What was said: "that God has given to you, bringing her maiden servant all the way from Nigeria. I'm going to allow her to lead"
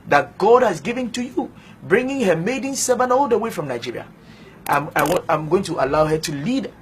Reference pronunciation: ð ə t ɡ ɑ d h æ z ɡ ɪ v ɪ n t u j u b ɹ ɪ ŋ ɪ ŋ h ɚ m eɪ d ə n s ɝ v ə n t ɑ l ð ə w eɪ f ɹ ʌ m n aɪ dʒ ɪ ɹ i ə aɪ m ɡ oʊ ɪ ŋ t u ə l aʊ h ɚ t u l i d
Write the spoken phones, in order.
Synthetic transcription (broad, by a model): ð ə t ɡ ɑ d h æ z ɡ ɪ v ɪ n t u j u b ɹ ɪ ŋ ɪ ŋ h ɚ m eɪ d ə n s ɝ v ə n ɑ l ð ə w eɪ f ɹ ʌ m n aɪ dʒ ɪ ɹ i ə aɪ m ɡ oʊ ɪ ŋ t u ə l aʊ h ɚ t u l i d